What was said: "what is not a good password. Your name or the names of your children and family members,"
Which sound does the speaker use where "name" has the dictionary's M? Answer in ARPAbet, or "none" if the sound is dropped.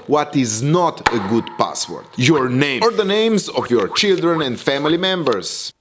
none